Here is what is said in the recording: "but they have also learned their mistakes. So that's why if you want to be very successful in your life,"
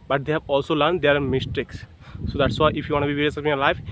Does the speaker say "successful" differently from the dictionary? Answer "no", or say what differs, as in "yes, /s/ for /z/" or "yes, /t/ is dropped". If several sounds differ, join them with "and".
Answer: yes, /f/ is dropped